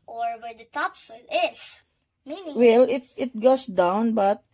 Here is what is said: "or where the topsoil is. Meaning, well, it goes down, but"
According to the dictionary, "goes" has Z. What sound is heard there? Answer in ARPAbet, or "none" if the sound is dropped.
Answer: S